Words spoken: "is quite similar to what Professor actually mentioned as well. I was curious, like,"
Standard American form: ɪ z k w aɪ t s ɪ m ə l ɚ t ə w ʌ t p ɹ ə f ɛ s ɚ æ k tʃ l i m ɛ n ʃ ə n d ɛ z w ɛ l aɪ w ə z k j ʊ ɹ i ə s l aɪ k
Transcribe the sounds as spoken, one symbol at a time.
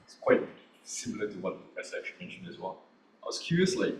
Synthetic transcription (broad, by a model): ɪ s k w aɪ t s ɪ m l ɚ t ə w ʌ t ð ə p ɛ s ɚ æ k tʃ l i m ɛ n ʃ ə n d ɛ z w ɛ l aɪ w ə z k j ʊ ɹ i ə s l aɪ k